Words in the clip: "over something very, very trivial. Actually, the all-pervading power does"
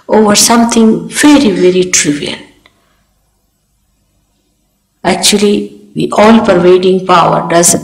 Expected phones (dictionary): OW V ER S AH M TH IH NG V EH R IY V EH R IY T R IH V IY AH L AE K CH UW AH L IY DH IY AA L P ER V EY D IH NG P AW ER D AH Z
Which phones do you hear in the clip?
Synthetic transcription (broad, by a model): OW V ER S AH M T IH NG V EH R IY V EH R IY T R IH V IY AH N AE K CH UW AH L IY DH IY AA L P ER V EY D IH NG P AW ER D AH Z